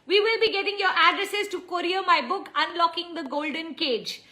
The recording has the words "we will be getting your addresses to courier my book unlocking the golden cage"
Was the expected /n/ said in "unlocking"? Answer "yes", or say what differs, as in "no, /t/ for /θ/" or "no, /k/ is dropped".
yes